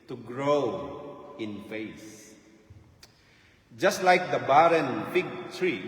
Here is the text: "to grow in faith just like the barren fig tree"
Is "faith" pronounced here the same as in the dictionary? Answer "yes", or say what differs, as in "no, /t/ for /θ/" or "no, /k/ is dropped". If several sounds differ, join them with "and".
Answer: no, /s/ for /θ/